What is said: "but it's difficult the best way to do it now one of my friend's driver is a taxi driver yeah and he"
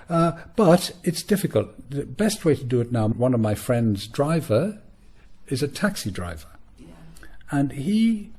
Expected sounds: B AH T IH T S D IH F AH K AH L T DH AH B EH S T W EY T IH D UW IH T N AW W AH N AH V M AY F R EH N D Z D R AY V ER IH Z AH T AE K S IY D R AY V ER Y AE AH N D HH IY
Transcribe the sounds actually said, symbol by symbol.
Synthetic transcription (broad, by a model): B AH T IH T S D IH F AH K AH L T DH AH B EH S T W EY T IH D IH IH T N AW W AH N AH V M AY F R EH N D Z D R AY V ER IH Z AH T AE K S IY D R AY V ER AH N IY